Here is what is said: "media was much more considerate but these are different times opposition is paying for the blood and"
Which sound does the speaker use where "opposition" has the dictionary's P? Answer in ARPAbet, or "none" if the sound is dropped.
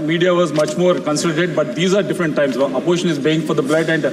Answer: none